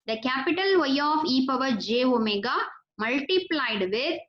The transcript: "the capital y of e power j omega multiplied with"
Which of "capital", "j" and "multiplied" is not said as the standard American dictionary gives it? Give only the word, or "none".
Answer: none